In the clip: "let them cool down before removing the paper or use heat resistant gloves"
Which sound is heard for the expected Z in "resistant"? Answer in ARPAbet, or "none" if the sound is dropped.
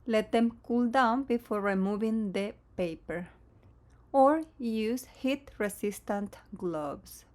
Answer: S